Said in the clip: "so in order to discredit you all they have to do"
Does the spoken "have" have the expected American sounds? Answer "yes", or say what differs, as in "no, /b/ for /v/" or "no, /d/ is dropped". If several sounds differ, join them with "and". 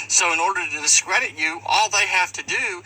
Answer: no, /f/ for /v/